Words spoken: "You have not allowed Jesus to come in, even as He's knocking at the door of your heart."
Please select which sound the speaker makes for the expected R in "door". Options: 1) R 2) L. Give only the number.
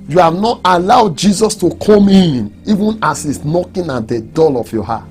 2